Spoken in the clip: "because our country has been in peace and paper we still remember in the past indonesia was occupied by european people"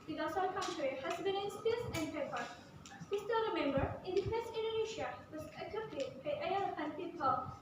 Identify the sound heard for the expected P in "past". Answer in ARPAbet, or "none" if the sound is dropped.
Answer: F